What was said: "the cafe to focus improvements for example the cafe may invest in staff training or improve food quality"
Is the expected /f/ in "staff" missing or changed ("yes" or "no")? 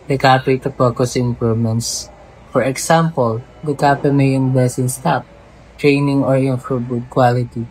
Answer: yes